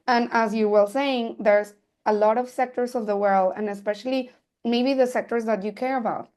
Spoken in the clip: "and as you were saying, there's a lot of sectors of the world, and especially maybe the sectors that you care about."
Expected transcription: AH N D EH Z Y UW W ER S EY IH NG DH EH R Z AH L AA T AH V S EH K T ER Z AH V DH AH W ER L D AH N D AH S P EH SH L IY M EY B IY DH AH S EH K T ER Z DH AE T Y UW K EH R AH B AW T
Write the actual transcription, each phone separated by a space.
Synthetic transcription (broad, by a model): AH N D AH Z Y UW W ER S EY IH NG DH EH R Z AH L AA T AH V S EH K T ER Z AH V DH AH W ER L D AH N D AH S P EH SH L IY M EY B IY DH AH S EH K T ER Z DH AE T Y UW K EH R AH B AW T